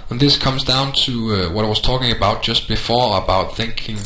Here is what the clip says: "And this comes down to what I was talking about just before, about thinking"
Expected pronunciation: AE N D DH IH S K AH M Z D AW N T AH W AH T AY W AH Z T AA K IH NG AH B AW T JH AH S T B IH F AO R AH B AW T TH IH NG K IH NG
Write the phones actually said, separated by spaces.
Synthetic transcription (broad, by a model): N DH IH S K AH M Z D AW N T AH W AH T AY W AH Z T AA K IH NG AH B AW T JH AH S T B IH F AO R AH B AW T TH IH NG K IH NG